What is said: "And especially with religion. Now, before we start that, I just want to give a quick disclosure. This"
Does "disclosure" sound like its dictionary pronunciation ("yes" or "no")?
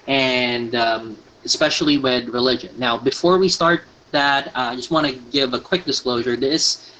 yes